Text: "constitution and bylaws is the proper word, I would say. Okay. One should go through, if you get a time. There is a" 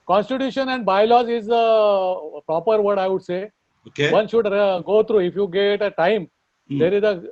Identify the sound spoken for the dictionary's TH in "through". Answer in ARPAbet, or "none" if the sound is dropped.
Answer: T